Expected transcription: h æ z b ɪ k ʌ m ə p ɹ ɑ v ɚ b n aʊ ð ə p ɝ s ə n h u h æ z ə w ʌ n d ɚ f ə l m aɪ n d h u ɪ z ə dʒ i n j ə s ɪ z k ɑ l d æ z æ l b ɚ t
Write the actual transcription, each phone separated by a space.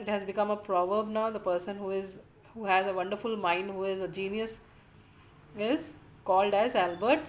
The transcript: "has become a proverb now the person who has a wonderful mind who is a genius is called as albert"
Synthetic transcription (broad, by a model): h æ z b ɪ k ʌ m ə p ɹ ɑ v ɚ b n aʊ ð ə p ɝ s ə n h u h æ z ə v ʌ n d ɚ f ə l m aɪ n d h u ɪ z ə dʒ i n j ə s ɪ z k ɑ l d æ z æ l b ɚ t